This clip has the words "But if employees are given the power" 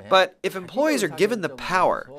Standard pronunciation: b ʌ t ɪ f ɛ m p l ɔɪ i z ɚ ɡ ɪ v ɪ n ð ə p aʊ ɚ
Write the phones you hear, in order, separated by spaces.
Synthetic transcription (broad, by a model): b ʌ t ɪ f ɛ m p l ɔɪ i z ɚ ɡ ɪ v ɪ n ð ə p aʊ ɚ